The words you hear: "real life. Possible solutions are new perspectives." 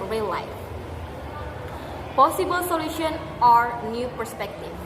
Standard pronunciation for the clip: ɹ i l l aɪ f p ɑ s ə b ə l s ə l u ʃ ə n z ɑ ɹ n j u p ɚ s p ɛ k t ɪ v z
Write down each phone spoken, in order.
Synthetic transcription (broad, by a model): ɹ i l l aɪ f p ɑ s ə b ə l s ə l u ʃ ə n ɑ ɹ n j u p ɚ s p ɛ k t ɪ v